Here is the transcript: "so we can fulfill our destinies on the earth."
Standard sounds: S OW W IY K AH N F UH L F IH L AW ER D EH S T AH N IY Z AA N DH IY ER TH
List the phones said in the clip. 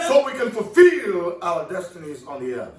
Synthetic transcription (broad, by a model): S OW W IY K AH N F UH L F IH L AW ER D EH S T AH N IY Z N DH IY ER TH